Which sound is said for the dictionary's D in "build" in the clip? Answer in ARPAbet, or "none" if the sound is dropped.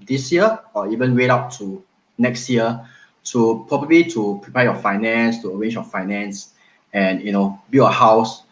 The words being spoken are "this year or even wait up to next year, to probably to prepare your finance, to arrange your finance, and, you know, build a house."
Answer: none